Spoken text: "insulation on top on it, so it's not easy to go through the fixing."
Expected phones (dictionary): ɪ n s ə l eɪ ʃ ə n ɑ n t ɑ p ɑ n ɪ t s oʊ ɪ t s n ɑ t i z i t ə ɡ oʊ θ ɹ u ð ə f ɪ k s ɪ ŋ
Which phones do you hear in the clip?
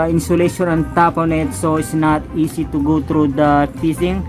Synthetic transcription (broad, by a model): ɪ n s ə l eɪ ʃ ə n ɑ n t ɑ p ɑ n ɪ t s oʊ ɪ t s n ɑ t i s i t ə ɡ oʊ t ɹ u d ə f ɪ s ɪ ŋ